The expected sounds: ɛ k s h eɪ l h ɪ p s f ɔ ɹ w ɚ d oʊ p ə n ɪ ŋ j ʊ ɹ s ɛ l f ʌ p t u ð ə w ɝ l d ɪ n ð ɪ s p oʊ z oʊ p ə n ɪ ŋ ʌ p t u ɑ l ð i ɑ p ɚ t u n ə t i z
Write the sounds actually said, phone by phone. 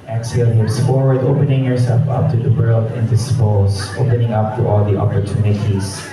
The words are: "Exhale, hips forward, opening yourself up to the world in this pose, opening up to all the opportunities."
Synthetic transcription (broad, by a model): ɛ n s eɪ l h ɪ s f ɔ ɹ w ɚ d oʊ p ə n ɪ ŋ j ʊ ɹ s ɛ l f ʌ p t u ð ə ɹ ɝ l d ɪ n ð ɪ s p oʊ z oʊ p ə n ɪ ŋ ʌ p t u ɑ l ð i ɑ p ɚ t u n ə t i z